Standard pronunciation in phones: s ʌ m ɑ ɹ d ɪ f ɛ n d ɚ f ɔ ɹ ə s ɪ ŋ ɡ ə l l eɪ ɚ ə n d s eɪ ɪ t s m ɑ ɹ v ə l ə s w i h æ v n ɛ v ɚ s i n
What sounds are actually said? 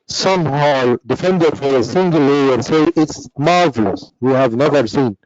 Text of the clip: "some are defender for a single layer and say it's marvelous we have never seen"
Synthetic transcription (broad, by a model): s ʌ m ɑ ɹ d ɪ f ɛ n d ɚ f ɔ ɹ ə s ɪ ŋ ɡ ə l l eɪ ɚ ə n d s eɪ ɪ t s m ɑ ɹ v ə l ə s w i h æ v n ɛ v ɚ s i n